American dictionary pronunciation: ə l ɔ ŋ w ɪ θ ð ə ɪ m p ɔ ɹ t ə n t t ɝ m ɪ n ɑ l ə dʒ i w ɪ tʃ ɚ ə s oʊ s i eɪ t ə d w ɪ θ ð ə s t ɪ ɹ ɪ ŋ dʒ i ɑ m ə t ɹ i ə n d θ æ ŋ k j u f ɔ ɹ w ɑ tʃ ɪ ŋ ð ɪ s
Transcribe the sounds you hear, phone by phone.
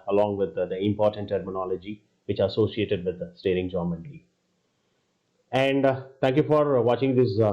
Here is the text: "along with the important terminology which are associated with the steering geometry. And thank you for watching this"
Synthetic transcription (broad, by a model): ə l ɔ ŋ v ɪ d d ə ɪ m p ɔ ɹ t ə n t t ɝ m ɪ n ɑ l ə dʒ i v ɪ tʃ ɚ ə s oʊ s i eɪ t ə d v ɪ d s t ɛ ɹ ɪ ŋ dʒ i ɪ m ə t l i ə n d t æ ŋ k j u f ɔ ɹ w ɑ tʃ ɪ ŋ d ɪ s